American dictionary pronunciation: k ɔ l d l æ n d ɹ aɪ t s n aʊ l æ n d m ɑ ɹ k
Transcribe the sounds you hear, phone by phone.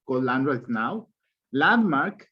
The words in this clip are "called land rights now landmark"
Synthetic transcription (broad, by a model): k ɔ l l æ n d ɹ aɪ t n aʊ l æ n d m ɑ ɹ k